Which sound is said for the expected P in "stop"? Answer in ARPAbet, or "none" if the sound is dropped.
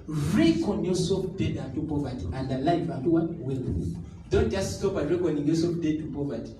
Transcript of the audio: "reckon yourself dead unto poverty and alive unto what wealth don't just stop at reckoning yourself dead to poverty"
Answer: B